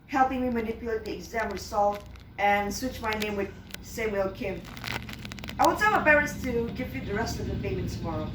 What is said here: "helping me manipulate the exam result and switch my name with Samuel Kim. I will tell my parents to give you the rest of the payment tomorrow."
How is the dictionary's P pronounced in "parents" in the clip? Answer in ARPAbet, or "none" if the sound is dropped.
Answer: B